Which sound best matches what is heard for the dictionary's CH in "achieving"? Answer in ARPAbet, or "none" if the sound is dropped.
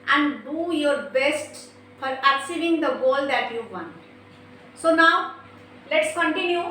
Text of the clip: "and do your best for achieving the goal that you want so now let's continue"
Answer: S